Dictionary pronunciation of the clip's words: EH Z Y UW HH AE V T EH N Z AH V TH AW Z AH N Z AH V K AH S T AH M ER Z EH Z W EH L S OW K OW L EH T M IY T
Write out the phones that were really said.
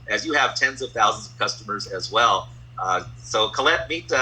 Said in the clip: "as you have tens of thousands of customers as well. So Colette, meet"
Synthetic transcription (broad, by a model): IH Z Y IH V T EH N Z AH V TH AW Z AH N Z AH V K AH S T AH M ER Z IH Z W EH L S OW K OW L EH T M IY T